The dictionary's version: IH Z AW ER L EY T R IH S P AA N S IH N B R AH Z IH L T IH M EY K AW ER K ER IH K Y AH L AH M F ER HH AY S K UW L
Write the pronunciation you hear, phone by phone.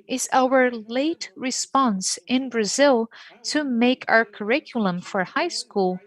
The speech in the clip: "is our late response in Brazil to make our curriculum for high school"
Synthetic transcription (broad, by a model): IH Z AW ER L EY T R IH S P AA N S IH N B R AH Z IH L T IH M EY K AW ER K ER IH K Y L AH M F ER HH AY S K UW L